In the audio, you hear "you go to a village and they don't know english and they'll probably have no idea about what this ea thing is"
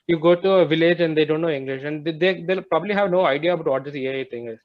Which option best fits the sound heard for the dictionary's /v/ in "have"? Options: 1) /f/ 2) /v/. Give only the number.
2